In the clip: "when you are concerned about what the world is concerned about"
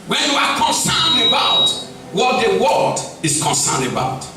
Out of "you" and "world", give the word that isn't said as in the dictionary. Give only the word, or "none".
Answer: world